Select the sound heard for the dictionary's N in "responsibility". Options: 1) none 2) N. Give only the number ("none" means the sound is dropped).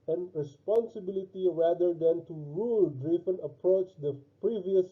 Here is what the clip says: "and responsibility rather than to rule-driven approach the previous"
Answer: 2